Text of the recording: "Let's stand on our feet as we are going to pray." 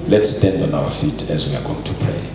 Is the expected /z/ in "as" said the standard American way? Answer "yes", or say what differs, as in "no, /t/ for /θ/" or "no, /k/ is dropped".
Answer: yes